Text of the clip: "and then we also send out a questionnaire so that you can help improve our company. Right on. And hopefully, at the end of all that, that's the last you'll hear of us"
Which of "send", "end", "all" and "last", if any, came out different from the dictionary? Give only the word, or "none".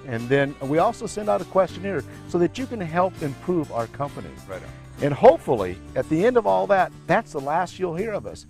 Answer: none